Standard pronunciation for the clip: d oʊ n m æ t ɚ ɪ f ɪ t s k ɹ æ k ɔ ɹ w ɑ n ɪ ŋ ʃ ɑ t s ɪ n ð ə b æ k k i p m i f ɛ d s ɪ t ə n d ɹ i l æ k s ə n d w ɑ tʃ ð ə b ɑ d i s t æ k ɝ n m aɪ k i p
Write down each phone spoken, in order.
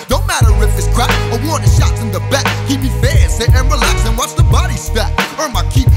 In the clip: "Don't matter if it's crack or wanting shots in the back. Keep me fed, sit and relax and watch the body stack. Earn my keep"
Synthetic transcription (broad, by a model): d oʊ n m æ t ɚ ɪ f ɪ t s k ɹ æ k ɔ w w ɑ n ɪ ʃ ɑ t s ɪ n ð ə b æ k k i p m i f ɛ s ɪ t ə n ɹ i l æ k s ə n w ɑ s ð ə b ɑ d i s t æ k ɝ m aɪ k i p